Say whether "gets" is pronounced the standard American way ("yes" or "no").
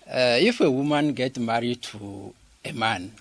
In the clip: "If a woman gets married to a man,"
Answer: no